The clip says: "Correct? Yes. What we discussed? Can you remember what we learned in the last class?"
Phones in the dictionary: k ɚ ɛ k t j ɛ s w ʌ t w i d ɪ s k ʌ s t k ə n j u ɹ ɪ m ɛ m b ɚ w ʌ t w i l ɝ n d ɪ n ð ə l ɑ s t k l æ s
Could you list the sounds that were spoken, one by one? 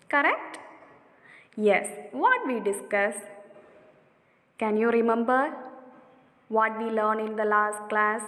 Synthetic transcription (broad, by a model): k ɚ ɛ k t j ɛ s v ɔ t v i d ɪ s k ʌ s k ə n j u ɹ ɪ m ɛ m b ɚ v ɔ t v i l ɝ n ɪ n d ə l ɑ s t k l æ s